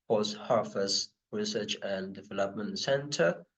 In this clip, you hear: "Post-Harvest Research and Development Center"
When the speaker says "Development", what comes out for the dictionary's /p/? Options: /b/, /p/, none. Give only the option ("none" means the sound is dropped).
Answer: /p/